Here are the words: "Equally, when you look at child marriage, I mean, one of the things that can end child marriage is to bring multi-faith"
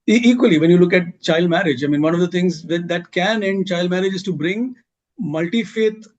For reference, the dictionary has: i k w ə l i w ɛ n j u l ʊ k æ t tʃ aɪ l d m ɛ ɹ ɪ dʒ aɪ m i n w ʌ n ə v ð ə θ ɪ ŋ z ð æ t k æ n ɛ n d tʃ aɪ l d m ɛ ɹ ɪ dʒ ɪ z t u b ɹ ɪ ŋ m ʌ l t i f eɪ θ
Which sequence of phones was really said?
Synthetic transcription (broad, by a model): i k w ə l i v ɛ n j u l ʊ k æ t tʃ aɪ l d m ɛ ɹ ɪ dʒ aɪ m i n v ʌ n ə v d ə t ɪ ŋ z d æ t k æ n ɛ n d tʃ aɪ l d m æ ɹ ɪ dʒ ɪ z t u b ɹ ɪ ŋ m ʌ l t i f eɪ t